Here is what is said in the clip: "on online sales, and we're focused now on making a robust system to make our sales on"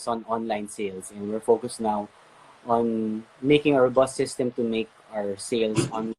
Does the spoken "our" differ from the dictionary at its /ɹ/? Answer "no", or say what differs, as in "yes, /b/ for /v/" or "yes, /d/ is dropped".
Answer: no